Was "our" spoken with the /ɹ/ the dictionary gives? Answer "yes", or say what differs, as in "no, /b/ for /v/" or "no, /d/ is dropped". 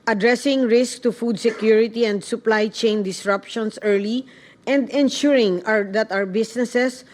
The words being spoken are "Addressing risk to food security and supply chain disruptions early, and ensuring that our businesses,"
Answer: no, /w/ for /ɹ/